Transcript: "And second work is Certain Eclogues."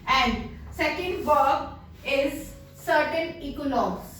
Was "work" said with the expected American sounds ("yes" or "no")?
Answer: no